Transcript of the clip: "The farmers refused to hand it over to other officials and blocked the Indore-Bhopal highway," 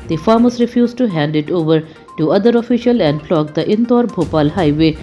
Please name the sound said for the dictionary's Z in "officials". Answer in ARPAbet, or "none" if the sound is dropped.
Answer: none